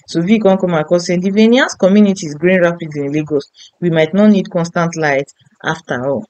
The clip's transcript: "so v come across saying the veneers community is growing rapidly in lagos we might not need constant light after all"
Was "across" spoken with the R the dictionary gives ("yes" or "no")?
no